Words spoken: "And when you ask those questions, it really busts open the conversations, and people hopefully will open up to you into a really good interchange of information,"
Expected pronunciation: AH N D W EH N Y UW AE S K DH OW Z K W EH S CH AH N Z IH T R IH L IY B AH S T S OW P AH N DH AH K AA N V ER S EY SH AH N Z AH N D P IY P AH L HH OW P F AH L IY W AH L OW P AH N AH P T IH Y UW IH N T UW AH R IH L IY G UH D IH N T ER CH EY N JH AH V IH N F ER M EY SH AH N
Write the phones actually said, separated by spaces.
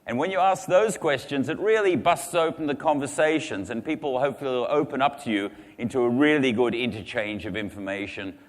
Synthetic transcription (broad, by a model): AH N W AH N Y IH AE S K DH OW Z K W EH S CH AH N Z IH T R IH L IY B AH S T S OW P N DH AH K AA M V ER S EY SH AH N Z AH N P IY P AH L HH OW P F L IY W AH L OW P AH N AH P T IH Y UW IH N T UW AH R IH L IY G UH D IH N T ER CH EY N JH AH V IH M F ER M EY SH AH N